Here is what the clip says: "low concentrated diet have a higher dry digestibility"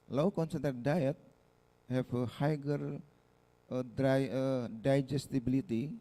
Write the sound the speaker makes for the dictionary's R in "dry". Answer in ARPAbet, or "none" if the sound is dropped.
none